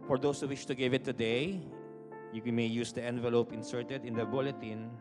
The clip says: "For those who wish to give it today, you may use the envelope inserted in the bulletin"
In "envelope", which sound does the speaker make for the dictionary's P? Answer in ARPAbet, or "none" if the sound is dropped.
P